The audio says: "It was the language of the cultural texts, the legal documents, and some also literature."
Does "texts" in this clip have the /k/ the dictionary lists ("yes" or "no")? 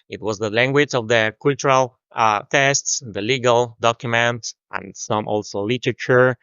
no